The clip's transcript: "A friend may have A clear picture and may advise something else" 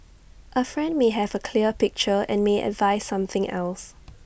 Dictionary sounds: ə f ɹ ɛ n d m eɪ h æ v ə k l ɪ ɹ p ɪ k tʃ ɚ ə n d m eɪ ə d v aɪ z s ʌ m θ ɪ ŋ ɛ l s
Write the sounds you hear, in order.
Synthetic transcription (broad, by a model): ə f ɹ ɛ n d m eɪ h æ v ə k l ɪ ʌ p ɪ k tʃ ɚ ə n m eɪ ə d v aɪ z s ʌ m θ ɪ ŋ ɛ l s